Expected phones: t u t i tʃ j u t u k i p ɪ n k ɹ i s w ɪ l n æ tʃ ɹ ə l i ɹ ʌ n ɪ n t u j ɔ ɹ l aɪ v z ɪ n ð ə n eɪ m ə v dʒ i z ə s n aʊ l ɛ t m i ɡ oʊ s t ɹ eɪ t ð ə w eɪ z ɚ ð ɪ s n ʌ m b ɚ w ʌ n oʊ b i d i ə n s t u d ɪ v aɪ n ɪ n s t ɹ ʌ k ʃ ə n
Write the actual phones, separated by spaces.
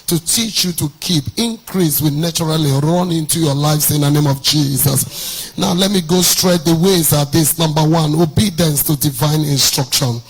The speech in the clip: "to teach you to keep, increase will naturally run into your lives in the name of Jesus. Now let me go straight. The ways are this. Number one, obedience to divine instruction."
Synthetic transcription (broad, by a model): t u t i tʃ j u t u k i p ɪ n k ɹ i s w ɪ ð n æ tʃ ɹ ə l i ɹ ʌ n ɪ n t u j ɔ l aɪ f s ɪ n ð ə n eɪ m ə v dʒ i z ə s n aʊ l ɛ t m i ɡ oʊ s t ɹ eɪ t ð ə w eɪ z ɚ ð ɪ s n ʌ m b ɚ w ʌ n oʊ b i d i ə n s t u d ɪ v aɪ n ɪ n s t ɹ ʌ k ʃ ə n